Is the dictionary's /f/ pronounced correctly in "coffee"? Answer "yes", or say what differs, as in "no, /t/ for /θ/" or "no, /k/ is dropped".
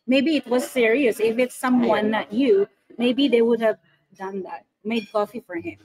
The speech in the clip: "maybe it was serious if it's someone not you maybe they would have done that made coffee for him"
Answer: yes